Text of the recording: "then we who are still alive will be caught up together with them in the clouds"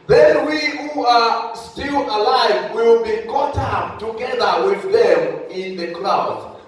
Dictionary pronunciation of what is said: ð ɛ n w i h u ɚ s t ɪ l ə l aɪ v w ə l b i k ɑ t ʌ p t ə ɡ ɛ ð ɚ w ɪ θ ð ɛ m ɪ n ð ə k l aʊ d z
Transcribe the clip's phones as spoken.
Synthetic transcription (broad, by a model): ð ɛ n w i h u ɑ s t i l ə l aɪ v w ə l b i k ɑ t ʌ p t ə ɡ ɛ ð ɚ w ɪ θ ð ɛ m ɪ n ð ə k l aʊ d